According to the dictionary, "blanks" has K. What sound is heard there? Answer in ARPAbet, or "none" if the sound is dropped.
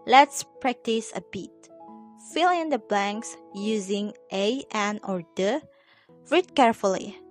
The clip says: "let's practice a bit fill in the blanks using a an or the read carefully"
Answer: K